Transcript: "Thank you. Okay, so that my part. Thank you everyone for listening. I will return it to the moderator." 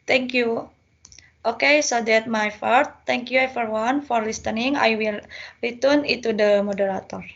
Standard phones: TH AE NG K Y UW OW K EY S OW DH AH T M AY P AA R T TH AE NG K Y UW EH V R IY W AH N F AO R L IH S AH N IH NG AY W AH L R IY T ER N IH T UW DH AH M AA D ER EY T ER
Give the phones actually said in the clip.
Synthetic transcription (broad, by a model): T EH NG K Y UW OW K EY S OW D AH T M AY F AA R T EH NG K Y UW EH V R W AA N F AO R L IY S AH N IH NG AY W AH L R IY T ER N IH T UW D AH M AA D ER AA T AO